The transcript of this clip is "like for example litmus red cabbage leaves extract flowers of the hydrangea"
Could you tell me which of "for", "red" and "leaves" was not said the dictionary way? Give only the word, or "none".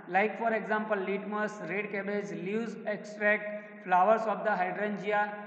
leaves